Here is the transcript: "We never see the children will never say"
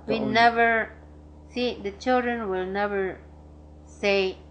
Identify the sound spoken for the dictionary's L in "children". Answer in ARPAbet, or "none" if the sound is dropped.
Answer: L